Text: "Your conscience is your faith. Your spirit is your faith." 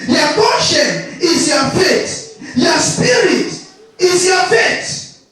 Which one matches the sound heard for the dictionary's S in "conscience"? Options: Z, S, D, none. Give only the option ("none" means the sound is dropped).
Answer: none